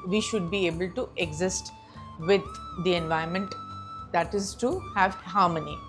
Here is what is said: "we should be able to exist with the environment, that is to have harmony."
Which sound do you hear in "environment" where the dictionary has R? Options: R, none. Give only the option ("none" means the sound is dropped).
none